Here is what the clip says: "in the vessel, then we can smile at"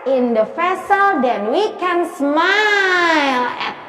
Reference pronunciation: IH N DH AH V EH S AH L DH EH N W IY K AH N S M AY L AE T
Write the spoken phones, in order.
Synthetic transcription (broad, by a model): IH N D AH F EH S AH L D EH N W IY K AH N S M AY L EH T